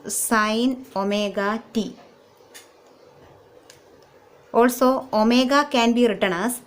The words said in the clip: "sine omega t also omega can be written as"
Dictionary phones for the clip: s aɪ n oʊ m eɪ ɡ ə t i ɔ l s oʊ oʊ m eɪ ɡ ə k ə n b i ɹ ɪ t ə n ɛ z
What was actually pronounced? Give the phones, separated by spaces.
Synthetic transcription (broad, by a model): s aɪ n oʊ m eɪ ɡ ə t i ɔ l s oʊ oʊ m eɪ ɡ ə k ə n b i ɹ ɪ t ə n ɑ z